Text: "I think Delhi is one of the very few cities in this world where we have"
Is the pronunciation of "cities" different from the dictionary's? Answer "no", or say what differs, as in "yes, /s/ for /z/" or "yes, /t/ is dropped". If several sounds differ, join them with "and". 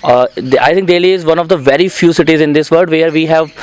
no